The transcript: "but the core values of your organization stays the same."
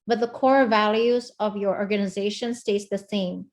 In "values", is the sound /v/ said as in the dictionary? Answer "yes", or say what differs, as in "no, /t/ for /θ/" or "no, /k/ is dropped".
yes